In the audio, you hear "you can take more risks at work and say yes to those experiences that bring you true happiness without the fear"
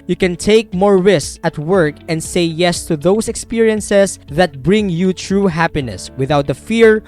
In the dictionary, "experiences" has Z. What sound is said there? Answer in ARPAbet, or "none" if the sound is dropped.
S